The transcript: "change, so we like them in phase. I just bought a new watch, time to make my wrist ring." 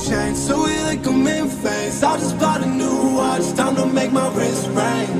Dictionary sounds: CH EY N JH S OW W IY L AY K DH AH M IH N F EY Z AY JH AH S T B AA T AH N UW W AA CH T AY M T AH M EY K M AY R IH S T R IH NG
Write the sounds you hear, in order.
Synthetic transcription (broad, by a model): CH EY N S OW W IY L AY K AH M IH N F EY S AY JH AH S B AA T AH N UW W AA S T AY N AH M EY K M AY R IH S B R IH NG